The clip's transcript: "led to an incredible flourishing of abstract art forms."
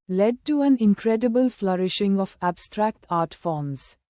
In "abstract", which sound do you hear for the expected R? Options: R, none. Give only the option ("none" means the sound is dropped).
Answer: R